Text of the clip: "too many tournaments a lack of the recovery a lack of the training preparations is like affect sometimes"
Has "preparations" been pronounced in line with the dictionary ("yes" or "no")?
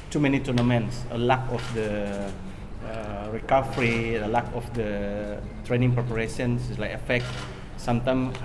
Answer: no